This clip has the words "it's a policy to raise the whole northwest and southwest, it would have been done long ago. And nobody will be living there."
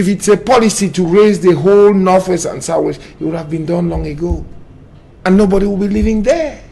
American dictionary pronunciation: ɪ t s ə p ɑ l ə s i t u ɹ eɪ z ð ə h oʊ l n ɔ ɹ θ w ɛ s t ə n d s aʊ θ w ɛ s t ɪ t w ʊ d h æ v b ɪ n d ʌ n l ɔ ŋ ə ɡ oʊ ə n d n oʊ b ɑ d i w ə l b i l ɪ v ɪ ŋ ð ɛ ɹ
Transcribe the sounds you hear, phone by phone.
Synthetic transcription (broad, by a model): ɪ t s ə p ɑ l ə s i t u ɹ eɪ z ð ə h oʊ l n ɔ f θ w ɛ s ə n s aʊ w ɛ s ɪ t w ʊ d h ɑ v b ɪ n d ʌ n l ɔ ŋ ə ɡ oʊ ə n n oʊ b ɑ d i w ə l b i l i v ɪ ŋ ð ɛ